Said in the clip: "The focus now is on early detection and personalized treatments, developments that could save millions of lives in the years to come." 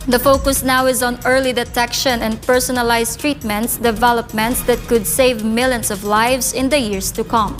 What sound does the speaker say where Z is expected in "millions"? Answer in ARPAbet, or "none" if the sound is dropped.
S